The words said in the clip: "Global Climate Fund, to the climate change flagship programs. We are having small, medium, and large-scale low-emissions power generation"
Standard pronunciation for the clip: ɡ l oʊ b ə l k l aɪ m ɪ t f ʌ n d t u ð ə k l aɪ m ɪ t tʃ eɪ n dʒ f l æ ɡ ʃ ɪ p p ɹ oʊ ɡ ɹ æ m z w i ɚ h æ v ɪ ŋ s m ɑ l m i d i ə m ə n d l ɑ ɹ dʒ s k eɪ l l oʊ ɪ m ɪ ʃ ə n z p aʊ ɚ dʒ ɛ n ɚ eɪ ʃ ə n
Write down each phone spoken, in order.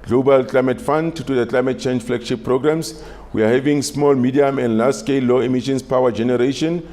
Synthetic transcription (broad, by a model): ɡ l oʊ b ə l k l aɪ m ɪ t f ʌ n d t u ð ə k l aɪ m ɪ t tʃ eɪ n dʒ f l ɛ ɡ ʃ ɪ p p ɹ oʊ ɡ ɹ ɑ m s w i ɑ h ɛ v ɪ ŋ s m ɑ l m i d i ə m ə n d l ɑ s s k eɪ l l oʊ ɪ m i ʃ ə n s p aʊ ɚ dʒ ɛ n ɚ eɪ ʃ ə n